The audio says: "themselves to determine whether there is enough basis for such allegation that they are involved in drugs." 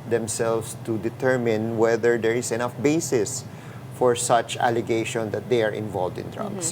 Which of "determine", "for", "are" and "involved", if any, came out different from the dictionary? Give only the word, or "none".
none